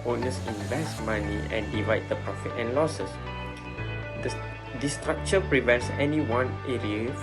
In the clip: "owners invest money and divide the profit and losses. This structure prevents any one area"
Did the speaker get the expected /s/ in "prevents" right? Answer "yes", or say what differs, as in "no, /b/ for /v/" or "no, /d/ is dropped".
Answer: yes